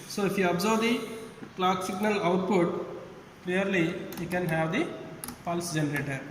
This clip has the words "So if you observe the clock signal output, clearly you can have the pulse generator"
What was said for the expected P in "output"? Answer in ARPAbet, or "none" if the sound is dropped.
P